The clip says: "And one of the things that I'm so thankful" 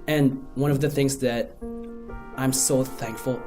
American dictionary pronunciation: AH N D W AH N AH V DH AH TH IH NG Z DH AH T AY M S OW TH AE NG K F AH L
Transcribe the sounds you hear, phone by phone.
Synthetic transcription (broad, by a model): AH N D W AH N AH V DH AH TH IH NG Z DH AH T AY M S OW TH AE NG K F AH L